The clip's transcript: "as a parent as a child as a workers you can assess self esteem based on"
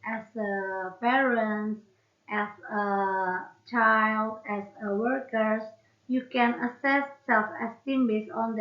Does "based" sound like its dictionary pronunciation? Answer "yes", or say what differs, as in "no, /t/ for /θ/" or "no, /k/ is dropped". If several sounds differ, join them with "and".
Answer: no, /t/ is dropped